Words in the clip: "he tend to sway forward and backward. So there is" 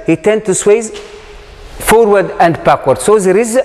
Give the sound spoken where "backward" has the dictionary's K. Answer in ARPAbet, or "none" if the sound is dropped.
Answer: K